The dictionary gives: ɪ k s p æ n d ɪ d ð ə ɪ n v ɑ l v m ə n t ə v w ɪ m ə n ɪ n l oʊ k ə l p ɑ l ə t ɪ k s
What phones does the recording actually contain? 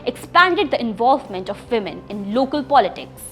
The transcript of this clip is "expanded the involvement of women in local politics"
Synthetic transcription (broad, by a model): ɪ k s p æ n d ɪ d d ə ɪ n v ɑ l v m ə n t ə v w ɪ m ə n ɪ n l oʊ k ə l p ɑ l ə t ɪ k s